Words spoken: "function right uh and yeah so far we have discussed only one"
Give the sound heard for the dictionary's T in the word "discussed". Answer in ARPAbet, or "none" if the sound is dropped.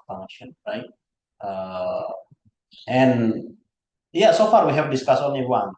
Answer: none